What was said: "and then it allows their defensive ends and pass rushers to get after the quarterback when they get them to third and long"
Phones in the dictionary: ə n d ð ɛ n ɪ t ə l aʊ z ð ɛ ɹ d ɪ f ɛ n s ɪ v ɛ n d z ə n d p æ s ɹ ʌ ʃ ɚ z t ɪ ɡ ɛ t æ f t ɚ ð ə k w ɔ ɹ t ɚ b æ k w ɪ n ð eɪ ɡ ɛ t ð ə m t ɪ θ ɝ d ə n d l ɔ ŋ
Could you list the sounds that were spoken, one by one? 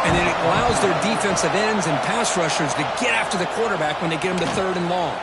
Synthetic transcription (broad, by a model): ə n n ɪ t ə l aʊ z ð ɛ ɹ d ɪ f ɛ n s ɪ v ɛ n d z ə n p æ s ɹ ʌ ʃ ɚ z t ɪ ɡ ɛ t æ f t ɚ ð ə k w ɔ ɹ t ɚ b æ k w ɪ n ð eɪ ɡ ɛ t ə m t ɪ θ ɝ d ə n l ɔ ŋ